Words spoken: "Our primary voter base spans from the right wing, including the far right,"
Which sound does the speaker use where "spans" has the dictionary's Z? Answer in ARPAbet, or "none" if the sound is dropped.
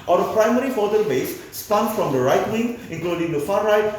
none